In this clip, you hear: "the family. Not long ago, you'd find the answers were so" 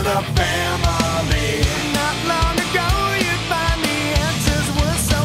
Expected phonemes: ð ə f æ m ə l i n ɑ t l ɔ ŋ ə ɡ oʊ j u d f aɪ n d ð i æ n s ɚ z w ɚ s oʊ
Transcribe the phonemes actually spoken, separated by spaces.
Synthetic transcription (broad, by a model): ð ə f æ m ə i n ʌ t l ɔ ŋ ə ɡ oʊ j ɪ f aɪ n ð i æ n s ɚ z w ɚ s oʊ